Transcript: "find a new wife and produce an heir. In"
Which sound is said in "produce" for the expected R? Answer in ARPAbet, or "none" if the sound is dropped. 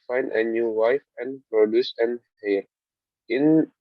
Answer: R